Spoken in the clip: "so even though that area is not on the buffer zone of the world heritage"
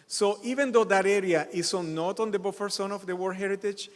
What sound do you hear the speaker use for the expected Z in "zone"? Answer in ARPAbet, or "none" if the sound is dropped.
S